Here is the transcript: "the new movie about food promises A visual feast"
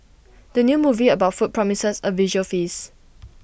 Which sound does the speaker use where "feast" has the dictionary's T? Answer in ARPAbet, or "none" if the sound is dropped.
none